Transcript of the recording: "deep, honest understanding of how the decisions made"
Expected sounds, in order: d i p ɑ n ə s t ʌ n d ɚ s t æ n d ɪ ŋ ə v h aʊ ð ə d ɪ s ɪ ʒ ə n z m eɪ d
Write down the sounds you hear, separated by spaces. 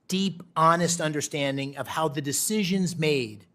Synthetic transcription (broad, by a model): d i p ɑ n ə s t ʌ n d ɚ s t æ n d ɪ ŋ ə v h aʊ ð ə d ɪ s ɪ ʒ ə n z m eɪ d